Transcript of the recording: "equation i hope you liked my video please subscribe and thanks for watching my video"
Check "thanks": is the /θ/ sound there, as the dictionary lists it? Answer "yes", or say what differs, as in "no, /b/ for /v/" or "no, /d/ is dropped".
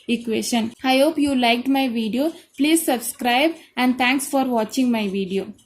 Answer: no, /t/ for /θ/